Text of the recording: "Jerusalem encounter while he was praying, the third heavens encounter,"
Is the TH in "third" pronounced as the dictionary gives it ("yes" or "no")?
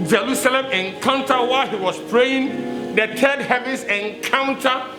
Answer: no